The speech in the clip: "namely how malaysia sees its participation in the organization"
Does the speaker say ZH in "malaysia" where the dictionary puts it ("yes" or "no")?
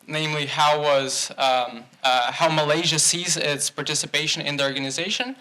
yes